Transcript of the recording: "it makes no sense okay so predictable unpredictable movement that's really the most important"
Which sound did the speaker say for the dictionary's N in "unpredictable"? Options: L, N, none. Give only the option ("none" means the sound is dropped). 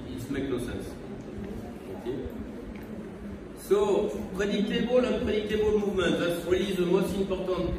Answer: none